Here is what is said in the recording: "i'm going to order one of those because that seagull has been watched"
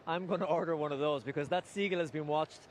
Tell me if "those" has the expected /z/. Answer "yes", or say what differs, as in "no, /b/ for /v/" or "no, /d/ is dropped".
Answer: yes